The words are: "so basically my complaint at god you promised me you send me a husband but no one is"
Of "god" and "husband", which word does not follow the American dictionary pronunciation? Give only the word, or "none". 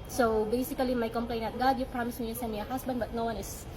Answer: husband